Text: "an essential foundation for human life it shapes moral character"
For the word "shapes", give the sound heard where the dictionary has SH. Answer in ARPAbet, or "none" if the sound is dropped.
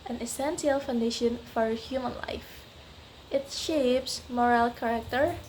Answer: SH